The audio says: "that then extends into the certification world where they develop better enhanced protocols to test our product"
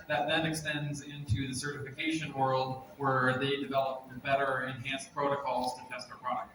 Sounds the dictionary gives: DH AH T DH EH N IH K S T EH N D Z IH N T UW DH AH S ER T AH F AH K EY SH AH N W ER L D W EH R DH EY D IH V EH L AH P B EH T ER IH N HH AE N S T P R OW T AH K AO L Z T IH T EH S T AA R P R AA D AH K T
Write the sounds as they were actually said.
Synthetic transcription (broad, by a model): DH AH T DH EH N IH K S T EH N D Z IH N T UW DH AH S ER T AH F AH K EY SH AH N W ER L D W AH R DH EY D IH V EH L AH P B EH T ER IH N HH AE N S P R OW T AH K AO L Z T IH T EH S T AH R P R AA D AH K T